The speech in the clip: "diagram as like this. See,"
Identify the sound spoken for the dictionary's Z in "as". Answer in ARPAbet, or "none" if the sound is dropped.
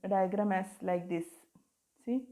S